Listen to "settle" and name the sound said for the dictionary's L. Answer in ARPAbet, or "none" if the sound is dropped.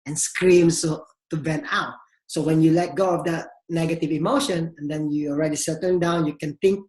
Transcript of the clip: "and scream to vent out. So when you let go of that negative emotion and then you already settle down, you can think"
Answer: N